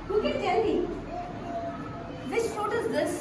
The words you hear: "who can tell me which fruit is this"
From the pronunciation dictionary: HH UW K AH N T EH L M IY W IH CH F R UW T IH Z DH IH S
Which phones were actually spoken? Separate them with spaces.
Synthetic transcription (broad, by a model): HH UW K AH N T EH L M IY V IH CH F AO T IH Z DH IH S